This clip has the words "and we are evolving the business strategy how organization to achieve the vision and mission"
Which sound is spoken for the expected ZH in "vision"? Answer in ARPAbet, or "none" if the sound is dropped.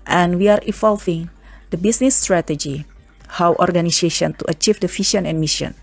SH